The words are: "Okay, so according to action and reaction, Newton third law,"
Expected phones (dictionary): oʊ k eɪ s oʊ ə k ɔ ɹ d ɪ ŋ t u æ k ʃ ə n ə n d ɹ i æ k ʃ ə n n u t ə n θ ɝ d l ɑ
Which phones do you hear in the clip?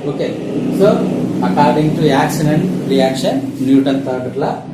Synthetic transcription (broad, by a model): oʊ k eɪ s oʊ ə k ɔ ɹ d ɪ ŋ t u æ k s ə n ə n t ɹ i æ k ʃ ə n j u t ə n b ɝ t l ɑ